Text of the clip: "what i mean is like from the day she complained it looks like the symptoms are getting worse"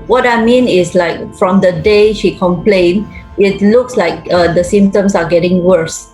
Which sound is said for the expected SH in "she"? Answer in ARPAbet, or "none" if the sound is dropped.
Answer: SH